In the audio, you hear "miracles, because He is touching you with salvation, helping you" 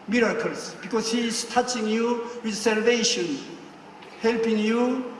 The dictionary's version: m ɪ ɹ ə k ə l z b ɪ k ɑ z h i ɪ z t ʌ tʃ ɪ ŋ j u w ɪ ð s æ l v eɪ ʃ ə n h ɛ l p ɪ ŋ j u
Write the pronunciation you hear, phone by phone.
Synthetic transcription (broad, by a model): m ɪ ɹ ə k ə l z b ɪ k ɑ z h i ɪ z t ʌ tʃ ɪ ŋ j u w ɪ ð s æ l v eɪ ʃ ə n h ɛ l p ɪ ŋ j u